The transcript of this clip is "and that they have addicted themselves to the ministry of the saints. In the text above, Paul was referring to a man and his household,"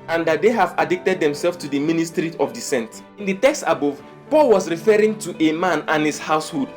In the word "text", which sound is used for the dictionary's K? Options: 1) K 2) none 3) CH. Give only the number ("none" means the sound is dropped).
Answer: 1